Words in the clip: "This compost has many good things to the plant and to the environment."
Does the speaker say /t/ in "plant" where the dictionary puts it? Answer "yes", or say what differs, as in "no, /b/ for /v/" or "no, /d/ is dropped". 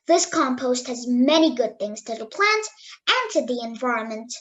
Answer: yes